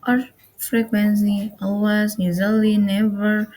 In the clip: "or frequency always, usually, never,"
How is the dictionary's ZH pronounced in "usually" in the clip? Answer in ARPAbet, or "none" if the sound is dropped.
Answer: Z